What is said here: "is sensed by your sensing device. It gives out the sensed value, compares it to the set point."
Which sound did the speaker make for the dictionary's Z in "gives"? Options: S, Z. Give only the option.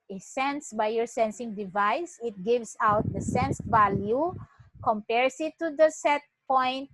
S